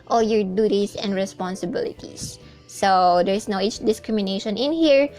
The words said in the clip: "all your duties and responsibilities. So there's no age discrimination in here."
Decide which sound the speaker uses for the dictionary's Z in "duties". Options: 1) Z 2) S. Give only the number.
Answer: 2